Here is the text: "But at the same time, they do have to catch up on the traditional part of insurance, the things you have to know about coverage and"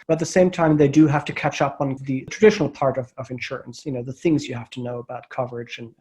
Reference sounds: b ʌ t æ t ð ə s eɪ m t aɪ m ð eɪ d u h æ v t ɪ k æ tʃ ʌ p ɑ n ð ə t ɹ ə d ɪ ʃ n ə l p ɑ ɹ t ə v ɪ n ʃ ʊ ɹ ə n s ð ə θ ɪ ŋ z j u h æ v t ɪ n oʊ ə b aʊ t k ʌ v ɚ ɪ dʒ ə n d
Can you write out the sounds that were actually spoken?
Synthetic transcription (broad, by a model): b ʌ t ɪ t ð ə s eɪ m t aɪ m ð eɪ d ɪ h æ f t ɪ k æ tʃ ʌ p n ð ə t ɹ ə d ɪ ʃ n l p ɑ ɹ t ə v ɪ n ʃ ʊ ɹ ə n s ð ə θ ɪ ŋ z j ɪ h æ f t ɪ n oʊ ə b aʊ t k ʌ v ɚ ɪ dʒ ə n